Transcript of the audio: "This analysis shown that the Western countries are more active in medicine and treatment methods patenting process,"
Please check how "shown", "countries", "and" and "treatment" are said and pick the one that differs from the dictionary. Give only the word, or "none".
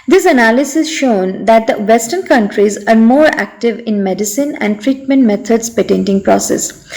none